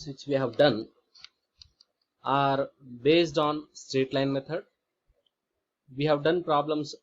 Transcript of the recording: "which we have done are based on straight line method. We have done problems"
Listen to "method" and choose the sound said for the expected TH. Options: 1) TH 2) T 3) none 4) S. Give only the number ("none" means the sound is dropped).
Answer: 2